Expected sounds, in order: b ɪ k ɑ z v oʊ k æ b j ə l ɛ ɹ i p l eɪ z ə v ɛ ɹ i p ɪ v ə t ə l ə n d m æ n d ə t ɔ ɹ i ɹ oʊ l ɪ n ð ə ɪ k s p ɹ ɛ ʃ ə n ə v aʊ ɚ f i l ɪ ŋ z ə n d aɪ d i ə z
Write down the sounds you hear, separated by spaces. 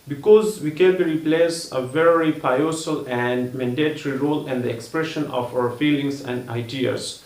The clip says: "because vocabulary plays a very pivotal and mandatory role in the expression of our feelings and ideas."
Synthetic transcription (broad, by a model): b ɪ k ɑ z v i k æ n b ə ɹ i p l eɪ s ə v ɛ ɹ i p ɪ ə s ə l ə n d m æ n d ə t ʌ ɹ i ɹ oʊ l ɪ n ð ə ɪ k s p ɹ ɛ ʃ ə n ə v aʊ ɚ f i l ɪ ŋ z ə n d aɪ d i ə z